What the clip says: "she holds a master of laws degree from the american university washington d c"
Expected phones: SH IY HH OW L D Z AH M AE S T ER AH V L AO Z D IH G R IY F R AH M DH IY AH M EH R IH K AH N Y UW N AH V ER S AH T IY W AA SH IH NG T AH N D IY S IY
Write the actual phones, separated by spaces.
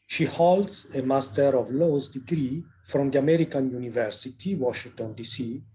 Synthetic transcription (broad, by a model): SH IY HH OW L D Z AH M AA S T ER AH V L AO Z D IH G R IY F R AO M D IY AH M EH R IH K AH N Y UW N AH V ER S AH T IY W AA SH IH NG T AH N D IY S IY